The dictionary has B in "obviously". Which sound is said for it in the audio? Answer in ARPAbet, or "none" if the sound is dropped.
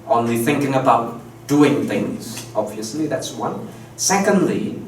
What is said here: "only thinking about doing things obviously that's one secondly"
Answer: B